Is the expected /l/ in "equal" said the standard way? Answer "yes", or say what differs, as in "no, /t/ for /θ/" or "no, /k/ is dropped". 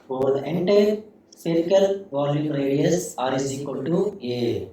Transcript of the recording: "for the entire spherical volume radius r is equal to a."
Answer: no, /n/ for /l/